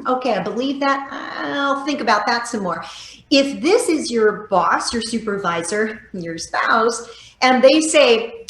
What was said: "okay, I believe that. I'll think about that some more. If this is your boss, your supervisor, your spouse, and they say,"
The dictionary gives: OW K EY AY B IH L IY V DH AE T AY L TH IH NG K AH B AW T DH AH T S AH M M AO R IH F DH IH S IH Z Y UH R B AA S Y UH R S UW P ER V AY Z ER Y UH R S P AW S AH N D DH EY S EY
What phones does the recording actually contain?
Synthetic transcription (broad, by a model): OW K EY AY B IH L IY V DH AE T AY L TH IH NG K AH B AW T DH AH T S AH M M AO R IH F DH IH S IH Z Y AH R B AA S Y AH R S UW P ER V AY Z ER Y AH R S P AW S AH N DH EY S EY